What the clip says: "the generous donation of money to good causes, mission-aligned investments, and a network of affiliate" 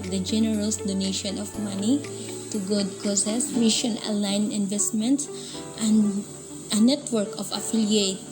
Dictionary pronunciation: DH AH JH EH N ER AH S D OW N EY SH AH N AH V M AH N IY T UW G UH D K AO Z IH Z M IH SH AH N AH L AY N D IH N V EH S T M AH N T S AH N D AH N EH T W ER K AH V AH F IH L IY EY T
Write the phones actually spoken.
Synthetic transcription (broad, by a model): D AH JH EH N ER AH S D OW N EY SH AH N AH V M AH N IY T UW G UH D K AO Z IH S M IH SH AH N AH L AY N IH N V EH S T M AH N T S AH N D AH N EH T W ER K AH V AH F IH L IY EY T